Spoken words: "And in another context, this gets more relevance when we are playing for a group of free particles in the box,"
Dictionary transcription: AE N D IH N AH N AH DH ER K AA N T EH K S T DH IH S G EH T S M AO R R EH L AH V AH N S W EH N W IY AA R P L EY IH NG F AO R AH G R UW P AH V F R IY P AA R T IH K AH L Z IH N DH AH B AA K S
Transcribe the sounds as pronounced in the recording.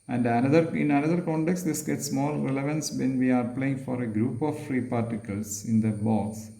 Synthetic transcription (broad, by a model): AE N D IH N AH N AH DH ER K AA N T EH K S T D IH S G EH T S M AO L R EH L AH V AH N S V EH N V IY AA R P L EY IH NG F AO R AH G R UW P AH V F R IY P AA R T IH K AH L S IH N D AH B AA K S